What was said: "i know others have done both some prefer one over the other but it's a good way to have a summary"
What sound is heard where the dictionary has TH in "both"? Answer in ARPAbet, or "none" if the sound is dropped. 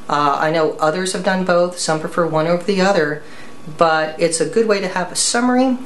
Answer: TH